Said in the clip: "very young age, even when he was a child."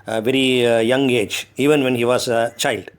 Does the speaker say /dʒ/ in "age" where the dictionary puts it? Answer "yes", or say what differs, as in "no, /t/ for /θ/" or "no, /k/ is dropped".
yes